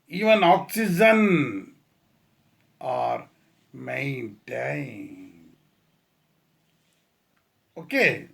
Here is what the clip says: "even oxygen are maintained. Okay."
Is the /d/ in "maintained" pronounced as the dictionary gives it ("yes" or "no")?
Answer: no